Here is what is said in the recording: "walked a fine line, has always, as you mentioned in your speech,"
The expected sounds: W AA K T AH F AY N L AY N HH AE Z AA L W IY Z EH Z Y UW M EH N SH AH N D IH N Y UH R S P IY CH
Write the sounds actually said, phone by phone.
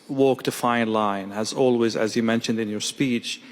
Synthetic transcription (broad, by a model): W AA K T AH F AY N L AY N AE Z AA L W IY Z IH Z Y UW M EH N SH AH N D IH N Y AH R S P IY CH